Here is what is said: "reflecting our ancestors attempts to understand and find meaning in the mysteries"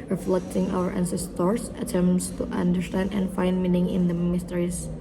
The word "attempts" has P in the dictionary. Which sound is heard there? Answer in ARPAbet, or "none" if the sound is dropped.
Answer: none